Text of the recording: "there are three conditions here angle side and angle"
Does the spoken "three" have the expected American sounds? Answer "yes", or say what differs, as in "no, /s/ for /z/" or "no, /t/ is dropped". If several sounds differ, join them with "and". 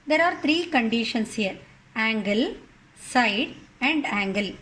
no, /t/ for /θ/